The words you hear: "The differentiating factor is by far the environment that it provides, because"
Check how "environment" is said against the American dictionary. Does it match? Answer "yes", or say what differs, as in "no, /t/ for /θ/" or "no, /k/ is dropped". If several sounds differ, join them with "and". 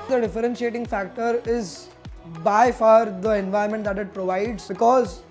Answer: no, /ɹ/ is dropped